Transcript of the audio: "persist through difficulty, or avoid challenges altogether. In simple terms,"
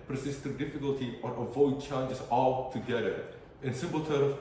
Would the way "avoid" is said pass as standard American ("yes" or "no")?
yes